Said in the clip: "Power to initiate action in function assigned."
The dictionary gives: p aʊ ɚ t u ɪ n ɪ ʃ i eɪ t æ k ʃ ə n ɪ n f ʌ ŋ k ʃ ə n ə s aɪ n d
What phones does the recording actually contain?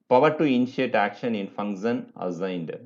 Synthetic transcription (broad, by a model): p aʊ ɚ t u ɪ n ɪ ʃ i eɪ t æ k ʃ ə n ɪ n f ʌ ŋ ʃ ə n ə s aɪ n d